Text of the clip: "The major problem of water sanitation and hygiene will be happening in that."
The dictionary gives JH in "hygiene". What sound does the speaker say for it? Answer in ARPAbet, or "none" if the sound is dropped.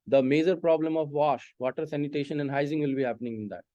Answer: Z